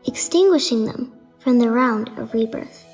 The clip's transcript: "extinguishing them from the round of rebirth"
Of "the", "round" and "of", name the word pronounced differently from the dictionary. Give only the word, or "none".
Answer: none